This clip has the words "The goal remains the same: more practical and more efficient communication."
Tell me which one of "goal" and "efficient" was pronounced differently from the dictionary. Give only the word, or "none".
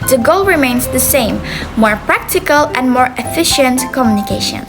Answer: none